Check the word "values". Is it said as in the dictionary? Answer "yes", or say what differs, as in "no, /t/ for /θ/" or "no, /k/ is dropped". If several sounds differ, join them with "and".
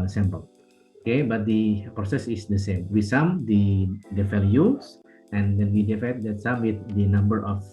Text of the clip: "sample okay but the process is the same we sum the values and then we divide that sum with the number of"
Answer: no, /s/ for /z/